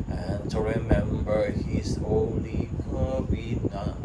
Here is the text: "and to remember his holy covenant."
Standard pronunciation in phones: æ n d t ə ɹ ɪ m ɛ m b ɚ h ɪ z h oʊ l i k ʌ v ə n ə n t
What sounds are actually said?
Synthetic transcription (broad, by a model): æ n t ə ɹ ɪ m ɛ m b ɚ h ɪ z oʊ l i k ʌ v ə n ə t